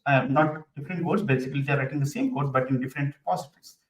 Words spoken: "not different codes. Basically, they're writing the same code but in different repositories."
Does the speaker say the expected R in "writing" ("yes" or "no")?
yes